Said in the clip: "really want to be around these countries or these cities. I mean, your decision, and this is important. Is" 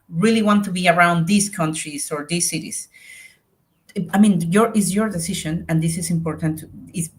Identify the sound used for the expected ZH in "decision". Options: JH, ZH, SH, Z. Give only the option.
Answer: SH